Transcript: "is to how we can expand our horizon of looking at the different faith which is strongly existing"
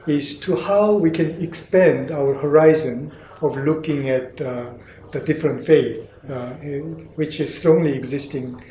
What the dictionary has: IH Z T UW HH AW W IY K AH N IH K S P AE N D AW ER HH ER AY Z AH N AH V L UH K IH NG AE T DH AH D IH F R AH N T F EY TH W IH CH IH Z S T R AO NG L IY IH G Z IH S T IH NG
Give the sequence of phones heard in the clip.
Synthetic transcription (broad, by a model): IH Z T UW HH AW W IY K AH N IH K S P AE N D AW ER HH ER AY Z AH N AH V L UH K IH NG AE T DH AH D IH F R AH N T F EY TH W IH CH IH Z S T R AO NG L IY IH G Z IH S T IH NG